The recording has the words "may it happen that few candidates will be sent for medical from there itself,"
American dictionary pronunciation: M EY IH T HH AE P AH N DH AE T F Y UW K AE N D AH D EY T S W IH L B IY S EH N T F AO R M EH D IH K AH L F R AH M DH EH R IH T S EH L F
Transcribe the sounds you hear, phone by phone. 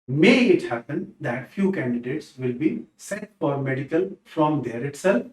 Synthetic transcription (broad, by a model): M EY IH T HH AE P AH N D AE T F Y UW K AE N D AH D EY T S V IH L B IY S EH T F AO R M EH D IH K AH L F R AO M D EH R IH T S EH L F